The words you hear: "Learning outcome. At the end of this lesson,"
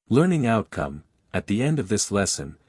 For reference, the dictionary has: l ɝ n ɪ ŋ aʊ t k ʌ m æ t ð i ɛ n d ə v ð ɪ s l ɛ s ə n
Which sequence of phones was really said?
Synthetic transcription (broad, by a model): l ɝ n ɪ ŋ aʊ t k ʌ m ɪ t ð i ɛ n d ə v ð ɪ s l ɛ s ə n